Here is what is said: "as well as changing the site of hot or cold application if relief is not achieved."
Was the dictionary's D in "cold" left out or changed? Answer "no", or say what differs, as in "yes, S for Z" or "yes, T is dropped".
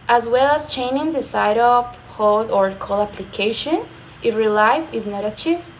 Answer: yes, D is dropped